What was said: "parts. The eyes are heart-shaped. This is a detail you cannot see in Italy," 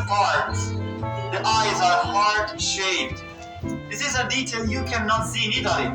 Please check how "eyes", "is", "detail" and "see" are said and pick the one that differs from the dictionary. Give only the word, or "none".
none